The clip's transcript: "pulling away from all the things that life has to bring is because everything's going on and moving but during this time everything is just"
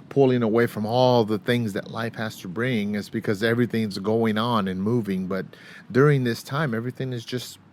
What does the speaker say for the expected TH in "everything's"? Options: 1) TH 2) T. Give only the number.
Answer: 1